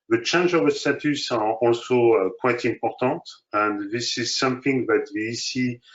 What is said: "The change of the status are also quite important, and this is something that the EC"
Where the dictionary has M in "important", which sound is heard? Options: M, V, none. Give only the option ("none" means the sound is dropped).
M